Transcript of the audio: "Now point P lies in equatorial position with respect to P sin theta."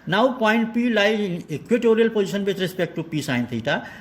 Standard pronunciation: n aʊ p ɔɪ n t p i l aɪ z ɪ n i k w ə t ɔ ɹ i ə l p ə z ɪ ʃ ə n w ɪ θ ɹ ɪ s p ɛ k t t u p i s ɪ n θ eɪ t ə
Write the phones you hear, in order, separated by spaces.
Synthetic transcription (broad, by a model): n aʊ p ɔɪ n t p i l aɪ ɪ k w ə t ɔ ɹ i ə l p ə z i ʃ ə n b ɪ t ɹ ɪ s p ɛ k t t u p i s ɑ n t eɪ t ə